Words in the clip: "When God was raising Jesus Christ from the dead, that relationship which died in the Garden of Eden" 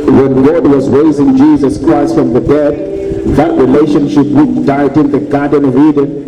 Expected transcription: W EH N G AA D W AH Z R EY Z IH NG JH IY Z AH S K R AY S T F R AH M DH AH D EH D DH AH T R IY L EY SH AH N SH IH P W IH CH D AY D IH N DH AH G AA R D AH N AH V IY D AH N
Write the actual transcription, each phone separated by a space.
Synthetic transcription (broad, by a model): W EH N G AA D W AH Z R EY Z IH NG JH IY Z AH S K R AY S T F R AH M DH AH D EH D DH AH T R IY L EY SH AH N SH IH P W IH CH D AY D IH N DH AH G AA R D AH N AH V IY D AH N